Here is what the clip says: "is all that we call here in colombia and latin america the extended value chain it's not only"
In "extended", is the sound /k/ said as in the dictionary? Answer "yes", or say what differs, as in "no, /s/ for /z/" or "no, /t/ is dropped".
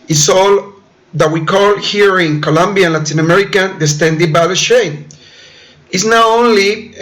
no, /k/ is dropped